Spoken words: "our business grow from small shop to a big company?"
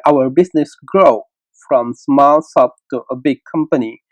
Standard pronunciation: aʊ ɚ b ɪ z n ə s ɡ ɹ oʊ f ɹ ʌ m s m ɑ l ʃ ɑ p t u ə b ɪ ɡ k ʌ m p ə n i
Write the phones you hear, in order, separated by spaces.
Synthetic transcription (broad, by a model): aʊ ɚ b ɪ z n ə s ɡ ɹ oʊ f ɹ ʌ m s m ɑ l s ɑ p t u ə b ɪ ɡ k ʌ m p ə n i